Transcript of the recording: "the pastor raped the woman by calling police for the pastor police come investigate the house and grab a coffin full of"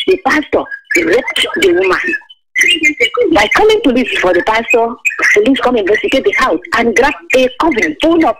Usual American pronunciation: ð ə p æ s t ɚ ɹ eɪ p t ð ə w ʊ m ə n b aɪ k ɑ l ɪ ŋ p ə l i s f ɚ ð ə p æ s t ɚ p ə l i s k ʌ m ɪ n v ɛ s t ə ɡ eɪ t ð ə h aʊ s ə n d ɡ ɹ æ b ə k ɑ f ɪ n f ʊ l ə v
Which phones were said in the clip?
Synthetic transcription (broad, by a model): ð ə p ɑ s t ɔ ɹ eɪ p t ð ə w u m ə n b aɪ k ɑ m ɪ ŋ p ə l i s f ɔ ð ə p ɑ s t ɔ p ə l i s k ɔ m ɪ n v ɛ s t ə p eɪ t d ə h aʊ s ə n ɡ ɹ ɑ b ə k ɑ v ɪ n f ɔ n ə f